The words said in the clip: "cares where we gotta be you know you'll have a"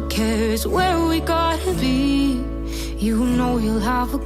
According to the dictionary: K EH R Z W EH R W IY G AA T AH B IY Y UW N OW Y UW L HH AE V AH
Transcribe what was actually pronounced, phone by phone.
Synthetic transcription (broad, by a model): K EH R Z W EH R W IY G AA T AH B IY Y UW N OW Y UW L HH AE V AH